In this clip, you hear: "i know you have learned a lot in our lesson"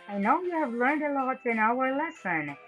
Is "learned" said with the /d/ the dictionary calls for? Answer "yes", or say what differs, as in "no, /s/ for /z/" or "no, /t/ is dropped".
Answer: yes